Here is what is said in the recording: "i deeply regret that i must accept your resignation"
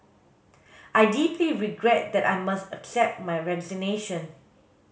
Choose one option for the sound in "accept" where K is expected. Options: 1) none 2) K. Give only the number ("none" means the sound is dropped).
2